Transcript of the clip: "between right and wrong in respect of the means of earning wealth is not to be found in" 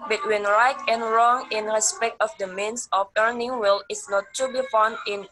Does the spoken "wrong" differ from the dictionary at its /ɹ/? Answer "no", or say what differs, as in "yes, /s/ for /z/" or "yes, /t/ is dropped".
no